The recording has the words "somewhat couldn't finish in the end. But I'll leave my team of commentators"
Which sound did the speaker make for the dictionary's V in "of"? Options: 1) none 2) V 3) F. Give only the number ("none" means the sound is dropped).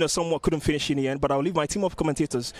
3